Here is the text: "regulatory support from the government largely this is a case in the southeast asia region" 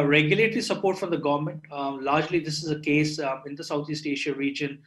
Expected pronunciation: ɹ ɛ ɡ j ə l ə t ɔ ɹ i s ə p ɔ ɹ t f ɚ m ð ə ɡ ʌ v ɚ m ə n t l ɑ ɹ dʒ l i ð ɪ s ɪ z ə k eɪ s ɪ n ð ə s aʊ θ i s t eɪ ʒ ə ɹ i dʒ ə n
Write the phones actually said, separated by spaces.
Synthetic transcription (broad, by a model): ɹ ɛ ɡ j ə l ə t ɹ i s ə p ɔ ɹ t f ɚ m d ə ɡ ʌ v ɚ m ə n t l ɑ ɹ dʒ l i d ɪ s ɪ z ə k eɪ s ɪ n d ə s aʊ t i s t eɪ ʃ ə ɹ i dʒ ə n